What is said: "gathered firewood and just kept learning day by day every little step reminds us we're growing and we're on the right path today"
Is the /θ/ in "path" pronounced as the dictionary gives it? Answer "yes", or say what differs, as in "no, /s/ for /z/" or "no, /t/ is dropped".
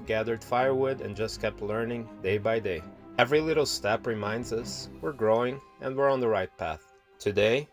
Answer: yes